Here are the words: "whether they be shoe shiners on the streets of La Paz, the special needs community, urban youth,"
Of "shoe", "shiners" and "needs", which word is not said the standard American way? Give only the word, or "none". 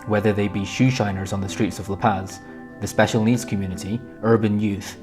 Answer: none